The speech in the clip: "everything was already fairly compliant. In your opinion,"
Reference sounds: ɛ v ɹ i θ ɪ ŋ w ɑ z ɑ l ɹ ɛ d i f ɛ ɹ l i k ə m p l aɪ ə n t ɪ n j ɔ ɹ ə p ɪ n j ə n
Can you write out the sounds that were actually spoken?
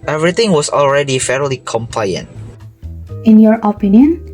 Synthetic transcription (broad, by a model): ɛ v ɹ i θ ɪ ŋ w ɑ s ɑ l ɹ ɛ d i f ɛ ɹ l i k ə m p l aɪ ə n t ɪ n j ɔ ɹ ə p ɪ n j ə n